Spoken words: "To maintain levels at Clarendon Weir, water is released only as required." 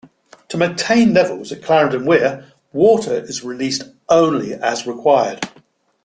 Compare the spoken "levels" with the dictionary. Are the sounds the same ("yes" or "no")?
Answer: yes